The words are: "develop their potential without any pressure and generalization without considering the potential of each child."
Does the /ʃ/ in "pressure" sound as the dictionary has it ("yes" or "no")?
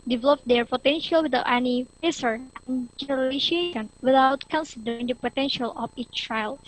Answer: no